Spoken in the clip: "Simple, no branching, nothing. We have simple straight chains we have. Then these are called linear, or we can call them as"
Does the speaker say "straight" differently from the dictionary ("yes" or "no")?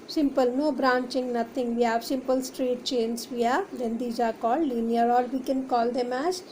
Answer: no